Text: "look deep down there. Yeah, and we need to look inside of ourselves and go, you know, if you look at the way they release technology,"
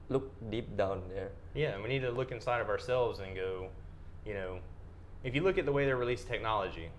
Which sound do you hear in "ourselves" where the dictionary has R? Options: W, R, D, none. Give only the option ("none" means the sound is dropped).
R